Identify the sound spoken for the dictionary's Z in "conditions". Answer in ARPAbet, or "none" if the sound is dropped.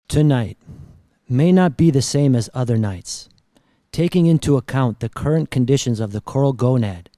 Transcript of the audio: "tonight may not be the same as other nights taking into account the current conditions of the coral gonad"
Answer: Z